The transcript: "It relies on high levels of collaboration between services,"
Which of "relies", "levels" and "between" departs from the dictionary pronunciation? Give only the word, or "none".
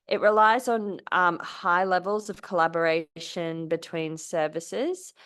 none